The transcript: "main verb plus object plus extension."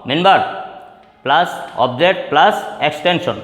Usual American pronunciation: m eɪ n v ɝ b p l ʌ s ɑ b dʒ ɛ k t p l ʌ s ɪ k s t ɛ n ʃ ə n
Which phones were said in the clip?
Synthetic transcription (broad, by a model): m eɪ n b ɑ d p l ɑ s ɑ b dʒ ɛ t p l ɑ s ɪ k s t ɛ n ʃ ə n